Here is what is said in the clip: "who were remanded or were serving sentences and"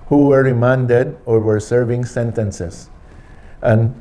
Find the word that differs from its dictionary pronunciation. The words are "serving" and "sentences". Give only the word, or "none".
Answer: sentences